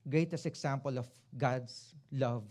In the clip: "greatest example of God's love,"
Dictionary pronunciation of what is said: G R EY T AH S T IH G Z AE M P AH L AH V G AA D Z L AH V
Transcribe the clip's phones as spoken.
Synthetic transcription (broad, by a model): G R EY T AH S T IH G S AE M P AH L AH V G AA D S L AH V